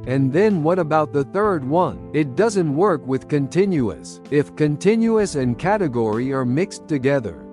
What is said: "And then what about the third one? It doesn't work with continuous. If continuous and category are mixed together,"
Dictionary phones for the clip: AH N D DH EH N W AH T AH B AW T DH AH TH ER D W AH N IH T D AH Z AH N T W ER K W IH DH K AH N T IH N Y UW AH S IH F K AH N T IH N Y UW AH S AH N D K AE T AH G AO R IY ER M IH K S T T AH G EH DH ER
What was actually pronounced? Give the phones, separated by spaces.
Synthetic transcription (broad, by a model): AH N DH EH N W AH T AH B AW T DH AH TH ER D W AH N IH T D AH Z AH N T W ER K W IH DH K AH N T IH N Y UW AH S IH F K AH N T IH N Y UW AH S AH N K AE T AH G AO R IY ER M IH K S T T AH G EH DH ER